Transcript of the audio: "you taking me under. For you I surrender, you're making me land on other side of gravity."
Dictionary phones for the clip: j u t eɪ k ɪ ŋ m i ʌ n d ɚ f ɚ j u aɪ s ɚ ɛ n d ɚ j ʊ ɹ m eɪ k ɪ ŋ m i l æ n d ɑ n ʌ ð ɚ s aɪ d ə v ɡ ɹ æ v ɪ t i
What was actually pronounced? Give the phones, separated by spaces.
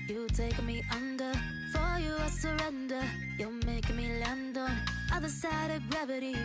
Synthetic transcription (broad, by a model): j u t eɪ ɪ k m i ʌ n d ɚ f ɚ j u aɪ s ɚ ɛ n d ɚ j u l m eɪ ɪ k m i l æ n d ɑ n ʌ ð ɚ s aɪ d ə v ɡ ɹ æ v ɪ t i